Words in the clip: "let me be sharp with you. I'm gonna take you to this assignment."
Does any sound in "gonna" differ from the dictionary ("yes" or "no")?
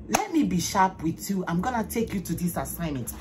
no